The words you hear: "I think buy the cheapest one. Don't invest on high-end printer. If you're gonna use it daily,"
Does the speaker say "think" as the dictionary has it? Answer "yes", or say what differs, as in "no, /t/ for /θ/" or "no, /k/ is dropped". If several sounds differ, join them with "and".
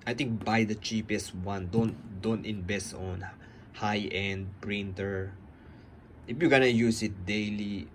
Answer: no, /t/ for /θ/